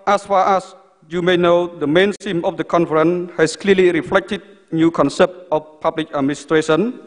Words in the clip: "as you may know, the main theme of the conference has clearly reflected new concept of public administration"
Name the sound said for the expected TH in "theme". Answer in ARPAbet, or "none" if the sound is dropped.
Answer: S